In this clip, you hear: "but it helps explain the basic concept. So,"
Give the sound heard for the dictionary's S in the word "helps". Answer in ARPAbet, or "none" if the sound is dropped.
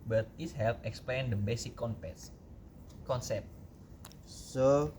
none